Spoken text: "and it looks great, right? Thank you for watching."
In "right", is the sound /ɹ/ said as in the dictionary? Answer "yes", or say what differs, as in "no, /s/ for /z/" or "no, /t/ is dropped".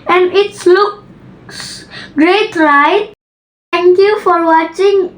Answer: no, /l/ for /ɹ/